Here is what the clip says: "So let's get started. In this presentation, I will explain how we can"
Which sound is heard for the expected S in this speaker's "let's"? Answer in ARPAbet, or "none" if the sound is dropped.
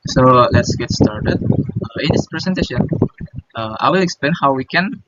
S